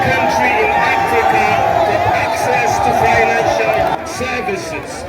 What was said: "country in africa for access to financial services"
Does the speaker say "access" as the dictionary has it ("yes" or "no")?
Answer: yes